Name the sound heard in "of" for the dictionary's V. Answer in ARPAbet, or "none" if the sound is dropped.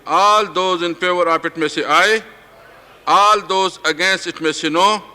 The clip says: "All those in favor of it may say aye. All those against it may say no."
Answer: P